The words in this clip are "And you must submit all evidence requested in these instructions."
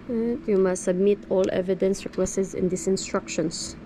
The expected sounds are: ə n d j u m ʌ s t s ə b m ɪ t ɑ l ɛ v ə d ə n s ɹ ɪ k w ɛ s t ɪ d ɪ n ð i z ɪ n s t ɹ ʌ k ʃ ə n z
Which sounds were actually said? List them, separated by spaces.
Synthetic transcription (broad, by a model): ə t j u m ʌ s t s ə b m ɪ t ɑ l ɛ v ə d ə n s ɹ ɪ k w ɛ s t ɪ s ɪ n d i s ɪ n s t ɹ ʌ k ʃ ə n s